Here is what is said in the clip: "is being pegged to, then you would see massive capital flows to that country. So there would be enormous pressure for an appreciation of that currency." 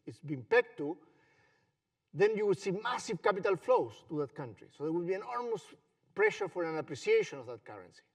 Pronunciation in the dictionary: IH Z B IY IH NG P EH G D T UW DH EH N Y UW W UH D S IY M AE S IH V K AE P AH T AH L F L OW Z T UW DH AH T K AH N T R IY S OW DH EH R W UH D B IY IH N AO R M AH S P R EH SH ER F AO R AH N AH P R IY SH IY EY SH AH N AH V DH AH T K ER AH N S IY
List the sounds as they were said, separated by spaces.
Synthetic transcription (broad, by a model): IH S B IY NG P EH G T UW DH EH N Y UW W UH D S IY M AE S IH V K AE P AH T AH L F L OW S T UW DH AH T K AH N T R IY S OW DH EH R W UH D B IY IH N AO R M AH S P R EH SH ER F AO R AH N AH P R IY S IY EY SH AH N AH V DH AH T K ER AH N S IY